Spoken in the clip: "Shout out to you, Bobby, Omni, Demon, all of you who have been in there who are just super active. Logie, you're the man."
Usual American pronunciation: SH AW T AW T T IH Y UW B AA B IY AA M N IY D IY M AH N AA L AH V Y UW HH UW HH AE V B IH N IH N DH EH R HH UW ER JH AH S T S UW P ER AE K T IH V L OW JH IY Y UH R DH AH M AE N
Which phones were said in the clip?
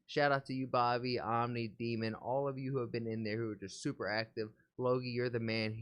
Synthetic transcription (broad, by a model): SH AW T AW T T IH Y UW B AA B IY AA M N IY D IY M AH N AA L AH V Y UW HH UW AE V B IH N IH N DH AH R HH UW ER JH AH S T S UW P ER AE K T IH V L OW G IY Y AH R DH AH M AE N